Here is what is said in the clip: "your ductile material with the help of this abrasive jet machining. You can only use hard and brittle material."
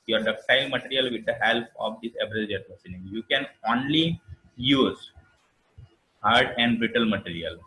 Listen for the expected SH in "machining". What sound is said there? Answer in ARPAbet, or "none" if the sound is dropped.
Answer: S